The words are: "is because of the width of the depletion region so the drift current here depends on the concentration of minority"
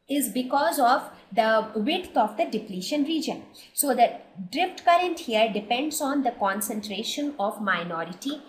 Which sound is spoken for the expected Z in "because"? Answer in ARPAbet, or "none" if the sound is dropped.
Z